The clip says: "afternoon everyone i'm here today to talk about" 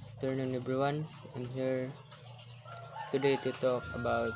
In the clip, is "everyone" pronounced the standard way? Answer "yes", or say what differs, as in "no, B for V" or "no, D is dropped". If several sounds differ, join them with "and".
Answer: no, B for V